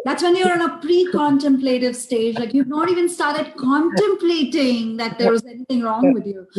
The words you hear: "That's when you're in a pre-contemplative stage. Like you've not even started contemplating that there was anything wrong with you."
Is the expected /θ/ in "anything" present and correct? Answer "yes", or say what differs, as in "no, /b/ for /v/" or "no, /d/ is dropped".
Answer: no, /t/ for /θ/